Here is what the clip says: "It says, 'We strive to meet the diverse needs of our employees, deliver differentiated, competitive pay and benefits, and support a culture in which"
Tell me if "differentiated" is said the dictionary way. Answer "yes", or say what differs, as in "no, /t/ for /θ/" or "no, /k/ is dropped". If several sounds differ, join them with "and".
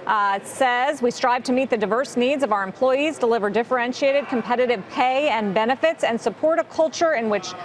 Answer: yes